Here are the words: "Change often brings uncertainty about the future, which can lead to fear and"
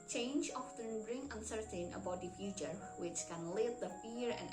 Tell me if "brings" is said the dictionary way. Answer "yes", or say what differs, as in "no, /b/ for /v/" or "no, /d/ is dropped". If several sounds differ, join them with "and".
no, /z/ is dropped